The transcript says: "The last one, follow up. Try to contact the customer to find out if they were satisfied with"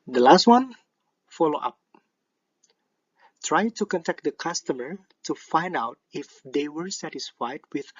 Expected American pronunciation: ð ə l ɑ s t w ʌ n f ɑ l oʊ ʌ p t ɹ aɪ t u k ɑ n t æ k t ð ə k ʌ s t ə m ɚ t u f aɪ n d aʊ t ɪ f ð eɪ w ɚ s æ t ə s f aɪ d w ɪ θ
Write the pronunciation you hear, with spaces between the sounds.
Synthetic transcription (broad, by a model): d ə l ɑ s t w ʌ n f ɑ l oʊ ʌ p t ɹ aɪ t u k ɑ n t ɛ k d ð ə k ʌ s t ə m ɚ t u f aɪ n d aʊ t ɪ f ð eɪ w ɚ s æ t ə s f aɪ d w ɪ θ